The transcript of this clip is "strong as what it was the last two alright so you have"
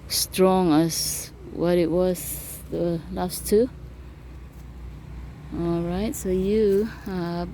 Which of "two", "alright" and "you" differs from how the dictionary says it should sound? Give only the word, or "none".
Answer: none